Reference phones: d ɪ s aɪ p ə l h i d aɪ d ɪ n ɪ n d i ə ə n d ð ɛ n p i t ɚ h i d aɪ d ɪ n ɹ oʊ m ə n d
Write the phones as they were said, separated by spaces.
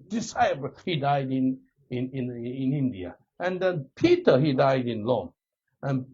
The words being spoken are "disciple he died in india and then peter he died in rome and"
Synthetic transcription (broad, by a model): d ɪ s aɪ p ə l h i d aɪ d ɪ n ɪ n d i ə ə n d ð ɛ n p i t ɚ h i d aɪ d ɪ n l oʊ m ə n